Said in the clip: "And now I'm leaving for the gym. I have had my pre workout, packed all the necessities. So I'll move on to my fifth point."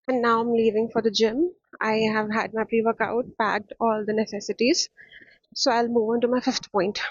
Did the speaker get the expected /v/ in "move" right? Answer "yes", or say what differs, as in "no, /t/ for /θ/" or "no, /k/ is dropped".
yes